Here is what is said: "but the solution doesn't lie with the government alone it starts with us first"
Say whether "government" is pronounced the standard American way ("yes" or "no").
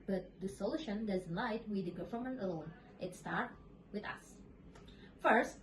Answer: no